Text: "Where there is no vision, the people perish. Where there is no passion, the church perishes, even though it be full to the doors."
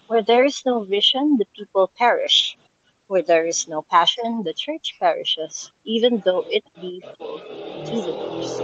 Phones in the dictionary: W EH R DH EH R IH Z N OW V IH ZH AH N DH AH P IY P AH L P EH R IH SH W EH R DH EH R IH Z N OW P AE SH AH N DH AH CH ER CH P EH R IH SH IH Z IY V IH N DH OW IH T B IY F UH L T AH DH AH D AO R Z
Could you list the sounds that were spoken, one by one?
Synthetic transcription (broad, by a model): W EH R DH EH R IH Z N OW V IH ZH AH N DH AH P IY P AH L P EH R IH SH W EH R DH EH R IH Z N OW P AE SH AH N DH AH CH ER CH P EH R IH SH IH S IY V IH N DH OW IH T B IY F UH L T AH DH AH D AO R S